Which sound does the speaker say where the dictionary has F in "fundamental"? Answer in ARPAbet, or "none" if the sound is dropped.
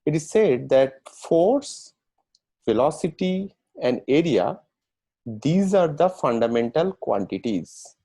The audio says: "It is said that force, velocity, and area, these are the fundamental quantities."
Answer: F